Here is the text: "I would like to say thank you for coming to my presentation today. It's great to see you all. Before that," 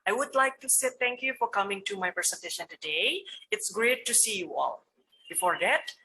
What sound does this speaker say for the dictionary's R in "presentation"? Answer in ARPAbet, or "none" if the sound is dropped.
none